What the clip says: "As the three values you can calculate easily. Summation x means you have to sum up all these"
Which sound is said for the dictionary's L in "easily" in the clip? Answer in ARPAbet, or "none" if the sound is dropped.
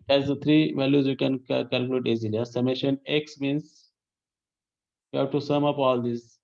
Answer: none